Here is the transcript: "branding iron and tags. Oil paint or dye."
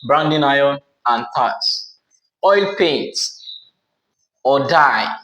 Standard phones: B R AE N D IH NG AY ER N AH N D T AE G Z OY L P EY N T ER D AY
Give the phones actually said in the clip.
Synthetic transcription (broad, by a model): B R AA N D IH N AY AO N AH N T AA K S OY L P EY N T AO D AY